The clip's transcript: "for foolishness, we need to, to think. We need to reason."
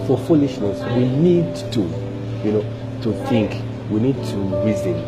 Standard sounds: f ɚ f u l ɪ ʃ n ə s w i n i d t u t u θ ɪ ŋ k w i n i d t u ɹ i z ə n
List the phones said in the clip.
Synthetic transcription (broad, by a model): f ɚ f u l ɪ ʃ n ə s w i n i d t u t u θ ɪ ŋ k w i n i d t u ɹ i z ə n